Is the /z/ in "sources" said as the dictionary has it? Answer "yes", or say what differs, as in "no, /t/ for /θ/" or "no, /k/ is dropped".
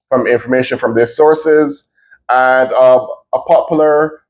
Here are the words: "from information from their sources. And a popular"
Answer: yes